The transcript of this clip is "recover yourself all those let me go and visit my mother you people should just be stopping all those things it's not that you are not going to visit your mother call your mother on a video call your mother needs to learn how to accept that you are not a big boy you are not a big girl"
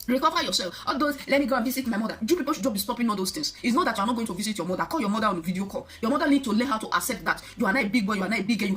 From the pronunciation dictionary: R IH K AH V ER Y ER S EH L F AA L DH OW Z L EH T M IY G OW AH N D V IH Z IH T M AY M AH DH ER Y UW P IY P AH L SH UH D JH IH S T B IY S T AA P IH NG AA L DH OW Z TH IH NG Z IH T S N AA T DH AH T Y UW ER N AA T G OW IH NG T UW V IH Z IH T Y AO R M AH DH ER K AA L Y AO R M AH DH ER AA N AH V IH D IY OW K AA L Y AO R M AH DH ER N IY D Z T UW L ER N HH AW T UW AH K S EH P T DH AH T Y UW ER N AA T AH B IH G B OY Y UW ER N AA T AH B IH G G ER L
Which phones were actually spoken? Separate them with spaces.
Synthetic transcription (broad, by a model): R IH K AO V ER Y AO S EH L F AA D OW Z L EH T M IY G OW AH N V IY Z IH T M AY M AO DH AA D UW P IY P AH L SH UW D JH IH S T B IY S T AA P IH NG AA L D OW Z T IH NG S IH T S N AA T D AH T Y UW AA N AA T G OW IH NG T UW V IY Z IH T Y AO M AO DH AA K AA L Y AO M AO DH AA AA N AH V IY D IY OW K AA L Y AO M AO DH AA N IY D T UW L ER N HH AW T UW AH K S EH T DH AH T Y UW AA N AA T AH B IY G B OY Y UW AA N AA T AH B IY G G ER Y